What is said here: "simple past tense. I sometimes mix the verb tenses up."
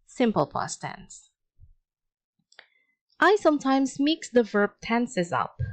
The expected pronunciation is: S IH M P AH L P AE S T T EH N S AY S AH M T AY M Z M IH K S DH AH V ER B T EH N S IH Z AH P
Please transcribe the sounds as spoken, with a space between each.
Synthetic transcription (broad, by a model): S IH M P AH L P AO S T T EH N S AY S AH M T AY M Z M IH K S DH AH V ER B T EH N S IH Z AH P